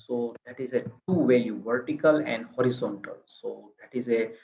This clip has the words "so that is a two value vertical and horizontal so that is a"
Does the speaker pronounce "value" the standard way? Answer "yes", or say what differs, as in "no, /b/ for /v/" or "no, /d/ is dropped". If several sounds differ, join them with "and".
no, /l/ is dropped